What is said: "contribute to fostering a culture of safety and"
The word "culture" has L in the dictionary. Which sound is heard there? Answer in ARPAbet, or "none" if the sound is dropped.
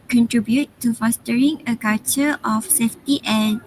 none